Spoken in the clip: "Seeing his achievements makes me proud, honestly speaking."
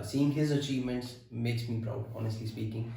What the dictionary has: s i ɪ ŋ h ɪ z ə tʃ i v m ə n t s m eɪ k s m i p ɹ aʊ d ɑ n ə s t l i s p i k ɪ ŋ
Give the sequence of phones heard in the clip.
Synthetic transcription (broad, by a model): s i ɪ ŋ h ɪ z ə tʃ i v m ə n t s m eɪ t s m i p ɹ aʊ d ɑ n ə s t l i s p i k ɪ ŋ